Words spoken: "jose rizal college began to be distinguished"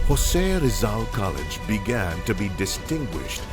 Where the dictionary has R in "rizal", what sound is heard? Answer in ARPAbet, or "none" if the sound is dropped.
R